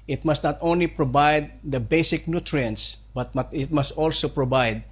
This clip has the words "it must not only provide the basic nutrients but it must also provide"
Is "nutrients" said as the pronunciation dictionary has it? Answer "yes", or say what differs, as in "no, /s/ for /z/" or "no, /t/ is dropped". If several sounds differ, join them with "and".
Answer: yes